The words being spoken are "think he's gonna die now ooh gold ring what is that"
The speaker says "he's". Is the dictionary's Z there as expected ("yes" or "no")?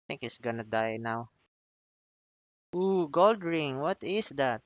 no